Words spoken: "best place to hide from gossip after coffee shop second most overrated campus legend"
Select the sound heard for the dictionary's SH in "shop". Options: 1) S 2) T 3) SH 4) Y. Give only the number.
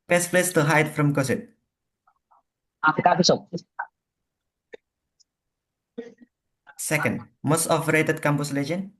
1